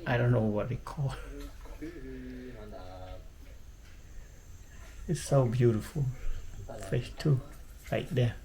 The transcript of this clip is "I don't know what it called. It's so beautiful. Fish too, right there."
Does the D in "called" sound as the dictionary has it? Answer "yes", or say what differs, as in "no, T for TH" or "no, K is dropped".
no, D is dropped